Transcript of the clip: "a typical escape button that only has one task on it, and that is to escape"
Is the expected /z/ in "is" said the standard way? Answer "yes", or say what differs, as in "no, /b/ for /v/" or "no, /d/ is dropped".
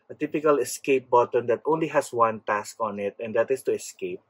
no, /s/ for /z/